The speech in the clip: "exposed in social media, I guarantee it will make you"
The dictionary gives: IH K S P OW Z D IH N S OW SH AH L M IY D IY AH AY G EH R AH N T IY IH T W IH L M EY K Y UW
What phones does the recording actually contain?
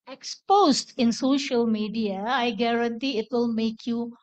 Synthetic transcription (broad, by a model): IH K S P OW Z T IH N S OW SH AH L M IY D IY AH AY G EH R AH N T IY IH T W IH L M EY K Y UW